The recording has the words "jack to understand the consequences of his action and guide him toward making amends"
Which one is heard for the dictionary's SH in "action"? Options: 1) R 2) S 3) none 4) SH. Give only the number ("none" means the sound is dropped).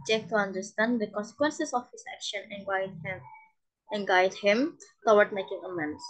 4